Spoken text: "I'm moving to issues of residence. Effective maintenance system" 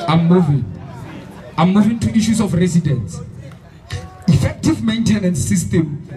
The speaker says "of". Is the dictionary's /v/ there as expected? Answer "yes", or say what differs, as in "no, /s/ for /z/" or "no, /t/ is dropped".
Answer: no, /f/ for /v/